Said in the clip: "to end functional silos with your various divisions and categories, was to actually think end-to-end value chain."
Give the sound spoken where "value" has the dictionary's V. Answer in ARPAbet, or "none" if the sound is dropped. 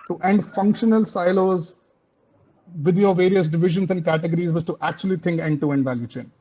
V